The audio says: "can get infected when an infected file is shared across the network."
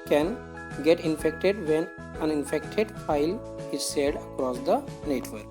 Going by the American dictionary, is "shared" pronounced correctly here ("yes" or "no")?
no